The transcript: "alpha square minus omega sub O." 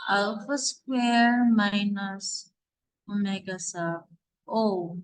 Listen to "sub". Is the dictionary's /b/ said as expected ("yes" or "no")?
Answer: no